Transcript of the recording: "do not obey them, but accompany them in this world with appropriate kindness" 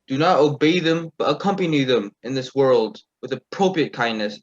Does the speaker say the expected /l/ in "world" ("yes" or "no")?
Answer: yes